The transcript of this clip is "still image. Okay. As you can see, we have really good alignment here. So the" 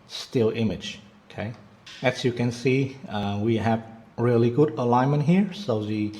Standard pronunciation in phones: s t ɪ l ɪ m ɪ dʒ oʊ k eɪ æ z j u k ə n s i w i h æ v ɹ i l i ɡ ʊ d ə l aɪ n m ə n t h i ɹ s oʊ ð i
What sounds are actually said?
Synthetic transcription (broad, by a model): s t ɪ l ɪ m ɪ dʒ oʊ k eɪ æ s j u k ə n s i w i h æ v ɹ i l i ɡ ʊ d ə l aɪ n m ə n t h i ɹ s oʊ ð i